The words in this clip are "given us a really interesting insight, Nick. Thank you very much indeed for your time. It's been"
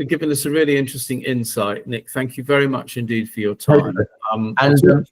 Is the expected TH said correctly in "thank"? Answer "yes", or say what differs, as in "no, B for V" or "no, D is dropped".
yes